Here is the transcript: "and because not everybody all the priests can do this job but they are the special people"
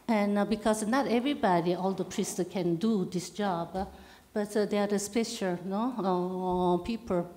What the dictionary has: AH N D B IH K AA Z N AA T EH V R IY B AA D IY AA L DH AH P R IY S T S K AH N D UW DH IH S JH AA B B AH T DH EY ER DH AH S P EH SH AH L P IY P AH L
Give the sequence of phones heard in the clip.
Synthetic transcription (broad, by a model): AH N B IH K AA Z N AA T EH V R IY B AA D IY AA L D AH P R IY S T K AH N D UW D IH S JH AA B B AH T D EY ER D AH S P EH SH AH N P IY P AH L